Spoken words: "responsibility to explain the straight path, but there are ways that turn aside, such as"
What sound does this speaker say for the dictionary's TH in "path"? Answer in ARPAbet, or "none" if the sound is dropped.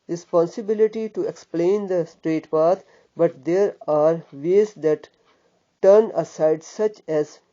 T